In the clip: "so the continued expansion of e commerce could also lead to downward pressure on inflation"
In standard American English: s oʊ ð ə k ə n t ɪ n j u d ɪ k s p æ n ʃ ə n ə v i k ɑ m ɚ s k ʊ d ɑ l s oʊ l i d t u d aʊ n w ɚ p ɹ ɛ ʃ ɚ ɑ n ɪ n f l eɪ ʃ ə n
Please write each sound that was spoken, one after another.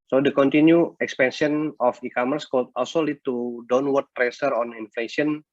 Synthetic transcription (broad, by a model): s oʊ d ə k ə n t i n j u ɪ k s p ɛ n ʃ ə n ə f i k ɑ m ɚ s k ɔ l ɑ l s oʊ l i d t u d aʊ n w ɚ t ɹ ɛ s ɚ ɑ n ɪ n f l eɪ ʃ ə n